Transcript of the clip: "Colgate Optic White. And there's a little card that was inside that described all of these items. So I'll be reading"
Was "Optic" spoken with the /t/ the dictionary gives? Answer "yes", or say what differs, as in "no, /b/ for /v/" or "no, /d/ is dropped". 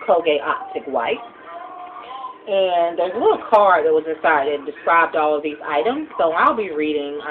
yes